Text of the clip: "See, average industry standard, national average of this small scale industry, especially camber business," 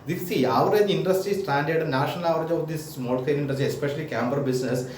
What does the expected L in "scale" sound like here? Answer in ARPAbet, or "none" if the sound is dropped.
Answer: N